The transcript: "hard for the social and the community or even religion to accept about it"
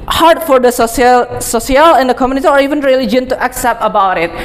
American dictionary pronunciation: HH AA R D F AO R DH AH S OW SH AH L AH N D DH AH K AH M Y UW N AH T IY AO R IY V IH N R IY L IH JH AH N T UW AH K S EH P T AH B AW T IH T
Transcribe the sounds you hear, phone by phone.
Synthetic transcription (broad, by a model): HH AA R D F AO R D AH S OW S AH L AH N D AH K AH M Y UW N AH T IY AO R IY V IH N R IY L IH JH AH N T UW AH K S EH P T AH B AW T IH T